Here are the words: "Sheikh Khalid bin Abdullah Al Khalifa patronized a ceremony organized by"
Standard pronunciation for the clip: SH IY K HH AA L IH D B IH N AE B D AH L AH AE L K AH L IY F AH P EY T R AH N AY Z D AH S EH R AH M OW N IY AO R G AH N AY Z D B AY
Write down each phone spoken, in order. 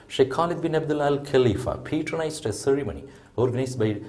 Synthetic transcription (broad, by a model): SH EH K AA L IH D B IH N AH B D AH L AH L K AH L IY F AH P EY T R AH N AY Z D AH S EH R AH M OW N IY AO R G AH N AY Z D B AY